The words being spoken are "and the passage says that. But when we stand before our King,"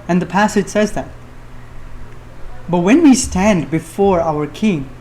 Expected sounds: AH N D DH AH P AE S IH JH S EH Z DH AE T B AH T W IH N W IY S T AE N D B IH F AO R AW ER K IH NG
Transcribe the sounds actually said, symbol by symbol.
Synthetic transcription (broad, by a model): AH N DH AH P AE S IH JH S EH Z DH AE T B AH T W IH N W IY S T AE N D B IH F AO R AW ER K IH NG